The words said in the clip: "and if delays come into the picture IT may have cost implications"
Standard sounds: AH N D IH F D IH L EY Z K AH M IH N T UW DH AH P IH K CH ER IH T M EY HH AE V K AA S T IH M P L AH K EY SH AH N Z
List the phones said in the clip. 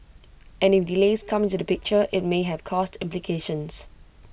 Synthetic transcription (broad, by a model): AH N IH F D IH L EY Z K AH M IH N T UW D AH P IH K CH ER IH T M EY HH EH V K AA S T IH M P L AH K EY SH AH N S